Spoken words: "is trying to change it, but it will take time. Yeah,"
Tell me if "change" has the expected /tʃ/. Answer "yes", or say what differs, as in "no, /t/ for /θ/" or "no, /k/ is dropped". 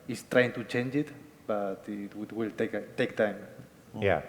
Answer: yes